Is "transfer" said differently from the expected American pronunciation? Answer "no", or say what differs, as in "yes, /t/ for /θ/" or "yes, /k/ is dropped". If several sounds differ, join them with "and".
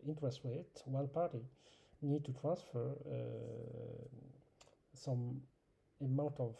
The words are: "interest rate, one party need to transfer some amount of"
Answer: no